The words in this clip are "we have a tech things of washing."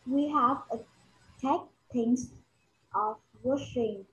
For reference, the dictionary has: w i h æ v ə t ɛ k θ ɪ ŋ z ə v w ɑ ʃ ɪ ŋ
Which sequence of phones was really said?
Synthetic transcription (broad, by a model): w i h æ v ə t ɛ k t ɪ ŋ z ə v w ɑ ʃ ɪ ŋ